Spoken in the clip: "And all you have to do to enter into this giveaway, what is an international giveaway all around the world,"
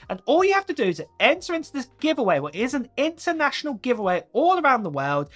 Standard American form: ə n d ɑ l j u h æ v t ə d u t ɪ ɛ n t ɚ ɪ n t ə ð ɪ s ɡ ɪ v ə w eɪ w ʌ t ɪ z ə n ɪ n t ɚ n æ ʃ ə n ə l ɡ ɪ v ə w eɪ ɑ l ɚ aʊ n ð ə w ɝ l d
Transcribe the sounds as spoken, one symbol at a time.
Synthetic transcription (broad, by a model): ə n ɑ l j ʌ h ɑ f t ə d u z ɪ ɛ n t ɚ ɪ n t ə ð ɪ s ɡ ɪ v ə w eɪ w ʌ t ɪ z ə n ɪ n t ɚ n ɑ ʃ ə n ə l ɡ ɪ v ə w eɪ ɑ l ɚ aʊ n ð ə w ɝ l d